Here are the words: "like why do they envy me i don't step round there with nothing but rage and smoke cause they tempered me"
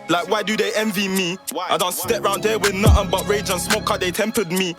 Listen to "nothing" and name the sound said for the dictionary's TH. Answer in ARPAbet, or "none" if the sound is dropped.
T